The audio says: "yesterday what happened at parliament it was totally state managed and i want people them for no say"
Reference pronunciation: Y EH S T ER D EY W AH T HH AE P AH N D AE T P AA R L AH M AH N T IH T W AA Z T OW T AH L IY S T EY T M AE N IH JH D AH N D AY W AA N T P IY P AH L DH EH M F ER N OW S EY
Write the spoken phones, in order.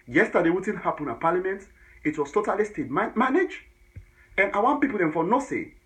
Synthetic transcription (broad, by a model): Y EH S T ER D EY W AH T HH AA P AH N AA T P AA L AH M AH N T IH T W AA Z T OW T AH L IY S T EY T M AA N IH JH AH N AY W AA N P IY P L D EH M F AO N OW S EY